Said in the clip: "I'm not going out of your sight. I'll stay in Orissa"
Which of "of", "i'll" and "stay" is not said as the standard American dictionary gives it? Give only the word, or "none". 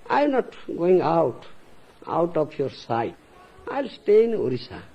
of